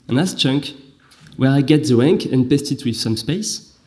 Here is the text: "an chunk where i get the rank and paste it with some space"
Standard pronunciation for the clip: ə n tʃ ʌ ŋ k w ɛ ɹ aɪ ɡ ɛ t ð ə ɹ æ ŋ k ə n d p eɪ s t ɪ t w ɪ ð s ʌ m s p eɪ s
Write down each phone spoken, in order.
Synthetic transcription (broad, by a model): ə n tʃ ʌ ŋ k w ɛ ɹ aɪ ɡ ɛ t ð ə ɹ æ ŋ k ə n p eɪ s t ɪ t w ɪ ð s ʌ m s p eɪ s